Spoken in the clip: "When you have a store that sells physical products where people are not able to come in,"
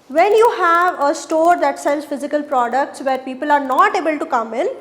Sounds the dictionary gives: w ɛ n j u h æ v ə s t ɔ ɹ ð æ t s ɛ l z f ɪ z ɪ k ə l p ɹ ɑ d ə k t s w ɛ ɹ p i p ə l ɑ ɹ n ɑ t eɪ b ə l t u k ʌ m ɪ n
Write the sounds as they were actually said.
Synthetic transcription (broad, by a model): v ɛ n j u h æ v ə s t ɔ ɹ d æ t s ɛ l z f ɪ z ɪ k ə l p ɹ ɑ d ə k t s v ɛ ɹ p i p ə l ɑ ɹ n ɑ t eɪ b ə l t u k ʌ m ɪ n